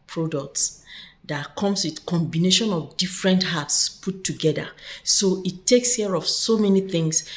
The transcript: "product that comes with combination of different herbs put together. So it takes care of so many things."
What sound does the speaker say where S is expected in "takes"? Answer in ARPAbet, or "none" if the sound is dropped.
S